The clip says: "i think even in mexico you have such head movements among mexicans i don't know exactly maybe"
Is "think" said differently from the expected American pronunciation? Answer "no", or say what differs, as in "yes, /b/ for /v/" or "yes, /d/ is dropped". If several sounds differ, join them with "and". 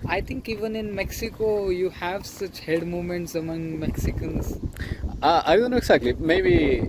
yes, /t/ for /θ/